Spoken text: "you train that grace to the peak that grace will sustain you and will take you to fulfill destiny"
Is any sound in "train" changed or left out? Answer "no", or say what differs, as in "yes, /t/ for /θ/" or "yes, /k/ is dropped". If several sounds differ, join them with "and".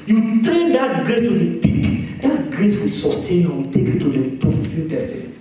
yes, /ɹ/ is dropped